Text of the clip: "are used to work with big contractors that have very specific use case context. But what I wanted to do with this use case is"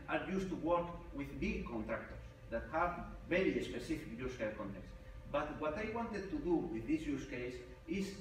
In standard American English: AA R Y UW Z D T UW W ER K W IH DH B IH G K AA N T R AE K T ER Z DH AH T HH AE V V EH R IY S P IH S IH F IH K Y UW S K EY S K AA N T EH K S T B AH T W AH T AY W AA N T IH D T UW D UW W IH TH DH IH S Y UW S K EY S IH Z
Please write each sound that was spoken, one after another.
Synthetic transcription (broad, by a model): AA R Y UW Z T UW W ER K W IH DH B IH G K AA N T R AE K T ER S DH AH T HH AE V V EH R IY S P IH S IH F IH K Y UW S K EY K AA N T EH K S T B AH T W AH T AY W AA N T IH D T UW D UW W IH DH IH S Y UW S K EY S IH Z